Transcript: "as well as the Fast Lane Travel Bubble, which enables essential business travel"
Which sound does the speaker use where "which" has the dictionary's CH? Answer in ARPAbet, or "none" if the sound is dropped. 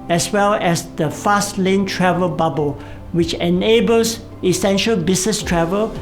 CH